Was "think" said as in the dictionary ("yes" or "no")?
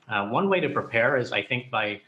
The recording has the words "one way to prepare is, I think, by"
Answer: yes